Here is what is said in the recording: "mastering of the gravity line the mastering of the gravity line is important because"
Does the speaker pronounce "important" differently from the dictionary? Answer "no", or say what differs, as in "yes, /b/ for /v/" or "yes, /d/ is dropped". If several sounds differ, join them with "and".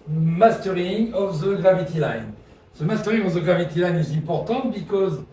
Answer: yes, /n/ is dropped